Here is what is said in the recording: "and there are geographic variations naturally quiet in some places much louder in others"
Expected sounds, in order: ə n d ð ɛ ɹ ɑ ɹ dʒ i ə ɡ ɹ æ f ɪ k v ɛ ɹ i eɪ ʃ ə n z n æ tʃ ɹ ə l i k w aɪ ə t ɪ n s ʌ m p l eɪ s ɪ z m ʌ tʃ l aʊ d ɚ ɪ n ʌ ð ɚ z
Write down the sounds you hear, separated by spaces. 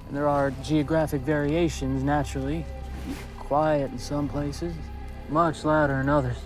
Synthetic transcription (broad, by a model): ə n ð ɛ ɹ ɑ ɹ dʒ i ə ɡ ɹ æ f ɪ k v ɛ ɹ i eɪ ʃ ə n z n æ tʃ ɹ l i k w aɪ ə t n s ʌ m p l eɪ s ɪ z m ʌ tʃ l aʊ d ɚ ɪ n ʌ ð ɚ